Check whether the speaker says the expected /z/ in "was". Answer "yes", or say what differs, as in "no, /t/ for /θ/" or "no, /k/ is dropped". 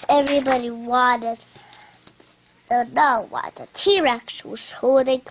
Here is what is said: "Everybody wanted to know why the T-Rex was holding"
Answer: no, /s/ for /z/